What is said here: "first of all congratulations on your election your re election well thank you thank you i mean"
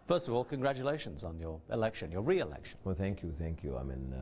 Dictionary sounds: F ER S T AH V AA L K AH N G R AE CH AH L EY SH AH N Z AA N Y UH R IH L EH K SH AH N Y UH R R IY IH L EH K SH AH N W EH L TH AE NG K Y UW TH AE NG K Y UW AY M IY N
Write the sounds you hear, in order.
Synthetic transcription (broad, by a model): F ER S T AH V AA L K AH N G R AE CH AH L EY SH AH N Z N Y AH R IH L EH K SH AH N Y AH R R IY IH L EH K SH AH N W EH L TH AE NG K Y UW TH AE NG K Y UW AY M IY N